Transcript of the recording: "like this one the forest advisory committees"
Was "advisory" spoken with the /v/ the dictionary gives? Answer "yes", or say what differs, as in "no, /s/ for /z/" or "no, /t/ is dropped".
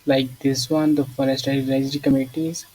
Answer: no, /v/ is dropped